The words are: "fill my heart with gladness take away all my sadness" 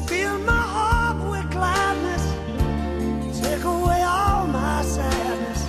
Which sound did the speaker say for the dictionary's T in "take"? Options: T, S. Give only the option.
S